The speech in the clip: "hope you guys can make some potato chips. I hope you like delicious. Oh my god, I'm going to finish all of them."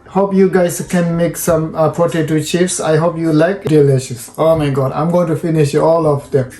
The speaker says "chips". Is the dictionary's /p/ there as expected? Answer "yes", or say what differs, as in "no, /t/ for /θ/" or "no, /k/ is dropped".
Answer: no, /f/ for /p/